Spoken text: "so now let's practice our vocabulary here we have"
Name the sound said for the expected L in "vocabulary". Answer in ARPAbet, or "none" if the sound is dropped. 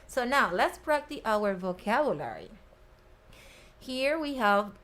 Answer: L